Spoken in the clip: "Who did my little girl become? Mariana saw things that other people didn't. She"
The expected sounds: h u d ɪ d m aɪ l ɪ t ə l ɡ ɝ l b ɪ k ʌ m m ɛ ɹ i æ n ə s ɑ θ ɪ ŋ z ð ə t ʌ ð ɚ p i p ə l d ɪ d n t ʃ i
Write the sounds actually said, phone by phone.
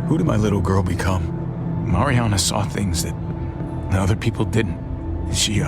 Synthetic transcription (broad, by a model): h u d ɪ d m aɪ l ɪ t l ɡ ɝ l b ɪ k ʌ m m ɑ ɹ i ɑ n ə s ɑ θ ɪ ŋ z ð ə t ʌ ð ɚ p i p l d ɪ d n t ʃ i